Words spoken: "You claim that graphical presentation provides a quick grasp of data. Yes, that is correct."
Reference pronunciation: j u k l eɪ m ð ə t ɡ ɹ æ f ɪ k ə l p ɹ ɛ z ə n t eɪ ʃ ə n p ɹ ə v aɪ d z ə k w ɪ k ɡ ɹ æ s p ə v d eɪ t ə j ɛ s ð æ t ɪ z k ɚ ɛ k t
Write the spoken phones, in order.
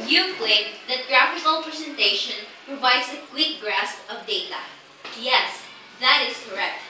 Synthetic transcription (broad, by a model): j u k l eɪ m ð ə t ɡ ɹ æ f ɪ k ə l p ɹ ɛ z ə n t eɪ ʃ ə n p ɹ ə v aɪ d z ə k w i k ɡ ɹ æ s p ə v d eɪ t ə j ɛ s ð æ t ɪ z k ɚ ɛ k t